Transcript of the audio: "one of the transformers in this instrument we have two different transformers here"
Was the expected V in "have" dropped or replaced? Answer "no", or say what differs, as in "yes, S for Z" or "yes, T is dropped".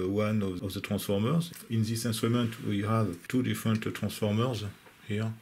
no